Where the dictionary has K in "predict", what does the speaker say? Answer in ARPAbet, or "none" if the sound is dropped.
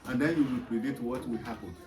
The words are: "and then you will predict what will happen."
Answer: none